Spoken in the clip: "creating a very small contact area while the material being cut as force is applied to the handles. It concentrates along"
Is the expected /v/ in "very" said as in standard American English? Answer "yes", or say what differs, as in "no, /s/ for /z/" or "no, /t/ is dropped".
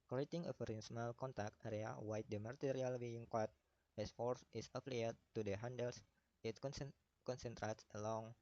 no, /f/ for /v/